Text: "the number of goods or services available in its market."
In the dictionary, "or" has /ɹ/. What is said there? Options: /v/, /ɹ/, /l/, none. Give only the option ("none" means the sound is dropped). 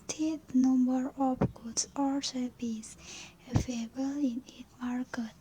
/l/